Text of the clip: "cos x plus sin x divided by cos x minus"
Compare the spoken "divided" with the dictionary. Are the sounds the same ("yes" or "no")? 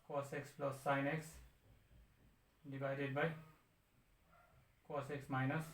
no